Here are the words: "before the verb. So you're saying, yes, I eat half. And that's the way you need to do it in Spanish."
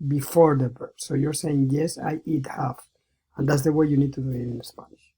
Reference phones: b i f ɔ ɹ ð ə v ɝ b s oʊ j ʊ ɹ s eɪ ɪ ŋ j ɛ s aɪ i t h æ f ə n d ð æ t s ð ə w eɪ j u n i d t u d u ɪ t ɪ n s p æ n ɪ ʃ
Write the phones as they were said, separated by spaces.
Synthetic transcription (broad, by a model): b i f ɔ ɹ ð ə b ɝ s oʊ j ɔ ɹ s eɪ ɪ ŋ j ɛ s aɪ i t h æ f ə n d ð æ t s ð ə w eɪ j u n i d t u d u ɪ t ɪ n s p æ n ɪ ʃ